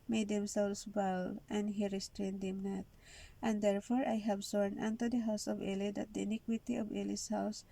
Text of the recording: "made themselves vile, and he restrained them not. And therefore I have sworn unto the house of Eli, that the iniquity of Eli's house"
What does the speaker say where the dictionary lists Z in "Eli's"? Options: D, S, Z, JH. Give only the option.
S